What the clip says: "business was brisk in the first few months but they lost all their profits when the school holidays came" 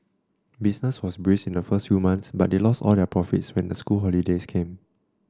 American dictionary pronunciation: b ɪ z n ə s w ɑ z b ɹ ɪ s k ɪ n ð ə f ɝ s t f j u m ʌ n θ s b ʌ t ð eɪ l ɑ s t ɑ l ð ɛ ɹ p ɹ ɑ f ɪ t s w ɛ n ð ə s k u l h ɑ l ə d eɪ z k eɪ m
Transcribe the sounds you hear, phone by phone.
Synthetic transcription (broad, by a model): b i s n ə s w ɑ s b ɹ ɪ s ɪ n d ə f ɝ s t f j u m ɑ n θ s b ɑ t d eɪ l ɑ s t ɑ l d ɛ p ɹ ɑ f ɪ t s w ɛ n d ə s k u l h ɑ l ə d eɪ s k eɪ m